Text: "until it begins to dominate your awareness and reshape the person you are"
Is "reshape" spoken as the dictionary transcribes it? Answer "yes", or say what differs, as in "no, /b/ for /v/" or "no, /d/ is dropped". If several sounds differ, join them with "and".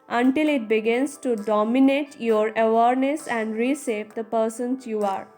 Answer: no, /s/ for /ʃ/